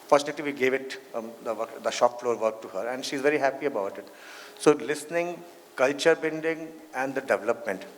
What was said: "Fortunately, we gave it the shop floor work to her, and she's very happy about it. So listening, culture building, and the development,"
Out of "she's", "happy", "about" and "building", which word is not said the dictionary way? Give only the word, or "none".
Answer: building